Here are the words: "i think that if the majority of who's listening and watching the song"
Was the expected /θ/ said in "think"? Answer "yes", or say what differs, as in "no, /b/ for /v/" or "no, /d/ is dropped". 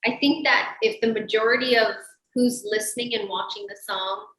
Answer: yes